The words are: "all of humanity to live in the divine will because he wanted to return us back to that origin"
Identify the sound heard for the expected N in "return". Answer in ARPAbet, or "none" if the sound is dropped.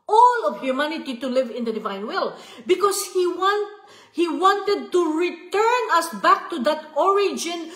N